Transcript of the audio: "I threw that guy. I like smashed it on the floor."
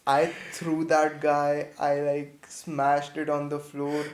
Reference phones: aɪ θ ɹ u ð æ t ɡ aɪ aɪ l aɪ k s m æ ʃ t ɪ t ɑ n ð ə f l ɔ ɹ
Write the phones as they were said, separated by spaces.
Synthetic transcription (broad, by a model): aɪ t ɹ u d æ t ɡ aɪ aɪ l aɪ k s m æ ʃ t ɪ t ɑ n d ə f l ɔ ɹ